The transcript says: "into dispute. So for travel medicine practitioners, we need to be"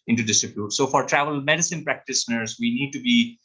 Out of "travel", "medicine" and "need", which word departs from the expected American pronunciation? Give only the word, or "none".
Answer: none